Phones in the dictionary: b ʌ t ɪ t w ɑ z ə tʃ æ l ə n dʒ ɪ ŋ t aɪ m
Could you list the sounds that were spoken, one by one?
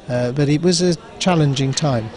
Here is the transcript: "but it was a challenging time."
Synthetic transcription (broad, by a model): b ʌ t ɪ t w ɑ z ə tʃ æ l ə n dʒ ɪ ŋ t aɪ m